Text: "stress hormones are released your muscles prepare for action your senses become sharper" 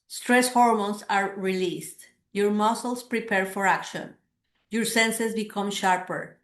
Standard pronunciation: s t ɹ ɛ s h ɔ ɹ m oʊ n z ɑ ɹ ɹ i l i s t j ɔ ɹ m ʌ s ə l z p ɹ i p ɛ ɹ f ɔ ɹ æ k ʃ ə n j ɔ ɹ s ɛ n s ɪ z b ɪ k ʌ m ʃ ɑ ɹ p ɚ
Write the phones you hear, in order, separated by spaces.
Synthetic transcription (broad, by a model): s t ɹ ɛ s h ɔ ɹ m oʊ n s ɑ ɹ ɹ i l i s t j ɔ ɹ m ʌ s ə l s p ɹ i p ɛ ɹ f ɔ ɹ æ k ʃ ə n j ɔ ɹ s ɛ n s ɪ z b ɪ k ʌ m ʃ ɑ ɹ p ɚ